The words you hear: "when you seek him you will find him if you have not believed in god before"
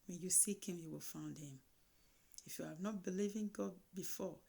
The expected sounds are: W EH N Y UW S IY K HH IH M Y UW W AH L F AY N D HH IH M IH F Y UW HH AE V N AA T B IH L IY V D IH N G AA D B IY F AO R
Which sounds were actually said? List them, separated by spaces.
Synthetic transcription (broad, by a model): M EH Y UW S IY K HH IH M Y UW W AH L F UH N D HH IH M IH F Y UW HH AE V N AA T B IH L IY V IH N G AA D B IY F AO